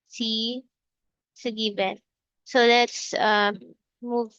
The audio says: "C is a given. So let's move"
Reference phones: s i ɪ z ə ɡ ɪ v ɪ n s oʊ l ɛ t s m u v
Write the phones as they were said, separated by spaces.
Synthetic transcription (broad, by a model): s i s ə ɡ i b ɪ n s oʊ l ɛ t s m u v